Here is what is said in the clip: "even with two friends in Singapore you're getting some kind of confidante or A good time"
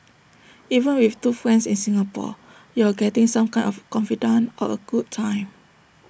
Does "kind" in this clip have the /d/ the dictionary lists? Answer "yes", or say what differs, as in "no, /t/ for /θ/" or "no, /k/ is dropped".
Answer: no, /d/ is dropped